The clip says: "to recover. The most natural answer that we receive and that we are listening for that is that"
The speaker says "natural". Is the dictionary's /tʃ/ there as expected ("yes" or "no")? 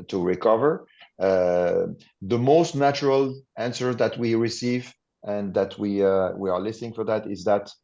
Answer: yes